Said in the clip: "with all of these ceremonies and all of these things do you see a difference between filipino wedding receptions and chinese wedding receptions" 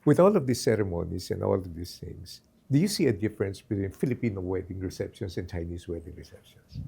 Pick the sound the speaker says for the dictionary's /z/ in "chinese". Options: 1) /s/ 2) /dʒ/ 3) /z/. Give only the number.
1